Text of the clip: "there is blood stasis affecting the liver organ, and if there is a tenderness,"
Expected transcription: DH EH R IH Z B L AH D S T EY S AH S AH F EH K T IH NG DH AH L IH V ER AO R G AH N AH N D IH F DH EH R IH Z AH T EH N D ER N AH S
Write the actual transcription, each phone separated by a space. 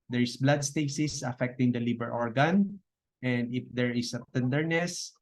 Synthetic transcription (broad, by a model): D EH R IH S B L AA D S T EY S AH S AH F EH K T IH NG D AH L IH B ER AO R G AH N AH N D IH F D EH R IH S AH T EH N D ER N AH S